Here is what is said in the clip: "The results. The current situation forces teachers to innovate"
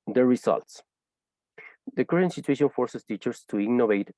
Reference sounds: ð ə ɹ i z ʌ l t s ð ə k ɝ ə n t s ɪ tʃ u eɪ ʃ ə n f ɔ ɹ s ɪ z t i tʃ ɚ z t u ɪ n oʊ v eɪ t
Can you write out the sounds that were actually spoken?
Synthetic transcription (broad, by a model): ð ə ɹ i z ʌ l t s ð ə k ɝ ə n t s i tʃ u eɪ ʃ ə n f ɔ ɹ s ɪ s t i tʃ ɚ s t u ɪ n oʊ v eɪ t